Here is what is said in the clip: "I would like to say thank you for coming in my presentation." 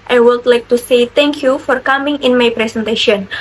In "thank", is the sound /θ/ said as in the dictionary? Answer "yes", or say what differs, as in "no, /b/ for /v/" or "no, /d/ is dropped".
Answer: no, /t/ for /θ/